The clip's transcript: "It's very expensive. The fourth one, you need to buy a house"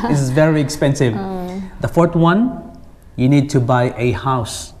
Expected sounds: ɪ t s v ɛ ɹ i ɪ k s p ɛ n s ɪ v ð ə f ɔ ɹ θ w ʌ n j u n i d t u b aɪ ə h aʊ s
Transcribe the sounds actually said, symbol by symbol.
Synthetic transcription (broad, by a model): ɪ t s v ɛ ɹ i ɪ k s p ɛ n s ɪ v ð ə f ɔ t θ w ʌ n j u n i d t u b aɪ ə h aʊ s